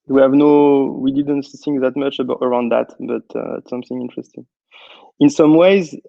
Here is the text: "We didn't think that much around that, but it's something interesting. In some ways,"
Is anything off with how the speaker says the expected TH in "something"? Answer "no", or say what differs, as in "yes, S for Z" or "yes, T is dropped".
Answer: no